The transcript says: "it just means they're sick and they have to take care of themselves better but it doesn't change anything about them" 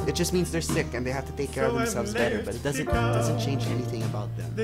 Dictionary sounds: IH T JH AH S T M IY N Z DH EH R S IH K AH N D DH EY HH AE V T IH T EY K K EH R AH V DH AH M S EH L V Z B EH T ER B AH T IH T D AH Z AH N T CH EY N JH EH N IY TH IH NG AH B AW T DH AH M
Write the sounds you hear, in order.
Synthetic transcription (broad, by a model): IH T JH AH S T M IY N Z DH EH R S IH K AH N DH EY HH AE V T IH T EY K K EH R AH V DH AH M S EH L V Z B EH T ER B AH T IH T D AH Z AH N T CH EY N JH EH N IY TH IH NG AH B AW T DH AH M